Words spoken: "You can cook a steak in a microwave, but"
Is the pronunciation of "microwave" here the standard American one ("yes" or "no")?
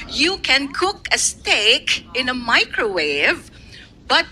yes